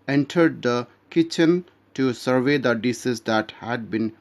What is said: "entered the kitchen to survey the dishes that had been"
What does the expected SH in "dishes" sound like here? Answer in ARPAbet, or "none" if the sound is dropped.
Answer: S